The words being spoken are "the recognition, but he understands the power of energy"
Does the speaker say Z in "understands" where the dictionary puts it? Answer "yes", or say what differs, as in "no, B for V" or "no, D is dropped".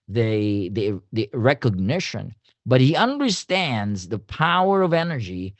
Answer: yes